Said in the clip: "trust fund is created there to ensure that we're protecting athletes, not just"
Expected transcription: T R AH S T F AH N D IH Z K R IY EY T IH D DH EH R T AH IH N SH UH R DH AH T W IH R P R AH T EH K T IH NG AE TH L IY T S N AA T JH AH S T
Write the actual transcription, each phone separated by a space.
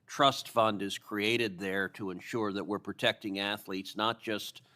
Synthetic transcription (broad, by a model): T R AH S T F AH N D IH Z K R IY EY T IH D DH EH R T AH IH N SH UH R DH AH T W IH R P R AH T EH K T IH NG AE TH L IY T S N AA T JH AH S T